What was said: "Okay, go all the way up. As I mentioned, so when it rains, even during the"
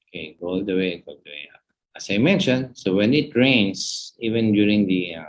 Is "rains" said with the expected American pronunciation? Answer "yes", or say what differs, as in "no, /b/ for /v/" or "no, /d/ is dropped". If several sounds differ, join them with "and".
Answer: no, /s/ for /z/